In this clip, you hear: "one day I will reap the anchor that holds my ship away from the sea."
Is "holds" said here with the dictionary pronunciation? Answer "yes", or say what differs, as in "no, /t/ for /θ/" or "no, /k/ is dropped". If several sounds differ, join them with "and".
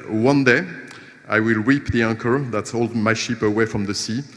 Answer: no, /z/ is dropped